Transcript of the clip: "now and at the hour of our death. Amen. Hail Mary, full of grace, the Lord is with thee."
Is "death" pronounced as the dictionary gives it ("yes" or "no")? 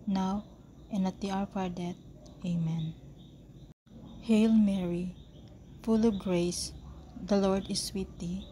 no